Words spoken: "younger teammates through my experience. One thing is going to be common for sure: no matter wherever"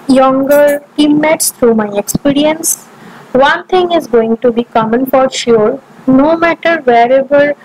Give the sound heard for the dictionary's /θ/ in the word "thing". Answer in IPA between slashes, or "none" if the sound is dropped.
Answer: /t/